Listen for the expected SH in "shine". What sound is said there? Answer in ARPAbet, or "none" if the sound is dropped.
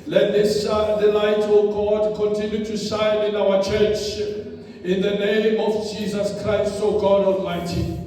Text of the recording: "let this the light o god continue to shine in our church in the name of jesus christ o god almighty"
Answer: S